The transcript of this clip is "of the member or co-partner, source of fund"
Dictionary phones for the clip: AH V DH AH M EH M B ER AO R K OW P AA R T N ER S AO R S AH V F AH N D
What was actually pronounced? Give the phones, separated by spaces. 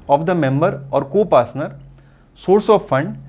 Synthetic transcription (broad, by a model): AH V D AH M EH M B ER AO R K OW P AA R S N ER S AO R S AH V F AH N D